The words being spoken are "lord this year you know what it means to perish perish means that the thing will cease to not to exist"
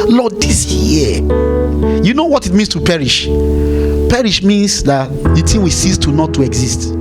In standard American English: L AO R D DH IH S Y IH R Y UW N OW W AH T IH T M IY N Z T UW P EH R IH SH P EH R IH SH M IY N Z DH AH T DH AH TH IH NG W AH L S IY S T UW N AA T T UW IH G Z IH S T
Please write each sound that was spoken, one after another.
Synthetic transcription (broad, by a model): L AO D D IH S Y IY Y UW N OW W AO T IH T M IY N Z T UW P EH R IH SH P EH R IH SH M IY N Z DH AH T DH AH T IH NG W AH S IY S T UW N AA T T UW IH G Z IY S T